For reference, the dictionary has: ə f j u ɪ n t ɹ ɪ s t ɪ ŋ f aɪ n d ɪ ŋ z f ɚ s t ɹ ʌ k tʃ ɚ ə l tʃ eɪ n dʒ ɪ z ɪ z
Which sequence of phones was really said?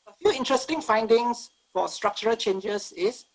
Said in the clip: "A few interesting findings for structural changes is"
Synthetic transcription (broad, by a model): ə f j u ɪ n t ɹ ɪ s t ɪ ŋ f aɪ n d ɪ ŋ s f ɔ s t ɹ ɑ k tʃ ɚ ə l tʃ eɪ n dʒ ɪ s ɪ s